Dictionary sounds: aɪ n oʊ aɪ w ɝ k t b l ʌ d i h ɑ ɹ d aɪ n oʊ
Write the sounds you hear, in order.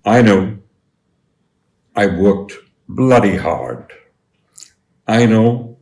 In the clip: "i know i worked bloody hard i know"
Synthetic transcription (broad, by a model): aɪ n oʊ aɪ w ɝ k t b l ʌ d i h ɑ ɹ d aɪ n oʊ